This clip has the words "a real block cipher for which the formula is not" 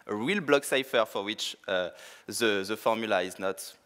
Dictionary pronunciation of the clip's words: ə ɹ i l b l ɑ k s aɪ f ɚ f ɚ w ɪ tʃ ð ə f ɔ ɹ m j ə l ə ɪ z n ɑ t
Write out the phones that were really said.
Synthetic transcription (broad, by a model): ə ɹ i l b l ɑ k s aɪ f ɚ f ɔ w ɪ tʃ ð ə f ɔ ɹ m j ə l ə ɪ z n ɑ t